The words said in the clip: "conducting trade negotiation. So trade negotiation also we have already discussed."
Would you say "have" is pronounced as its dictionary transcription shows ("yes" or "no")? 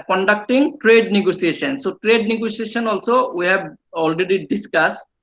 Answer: no